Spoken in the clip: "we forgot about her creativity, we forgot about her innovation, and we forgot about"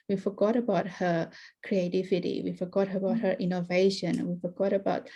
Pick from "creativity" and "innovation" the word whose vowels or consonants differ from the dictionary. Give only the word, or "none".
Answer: innovation